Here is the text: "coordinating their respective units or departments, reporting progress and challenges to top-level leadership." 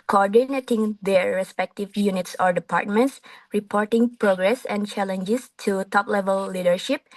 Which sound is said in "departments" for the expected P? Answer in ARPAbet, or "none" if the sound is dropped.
P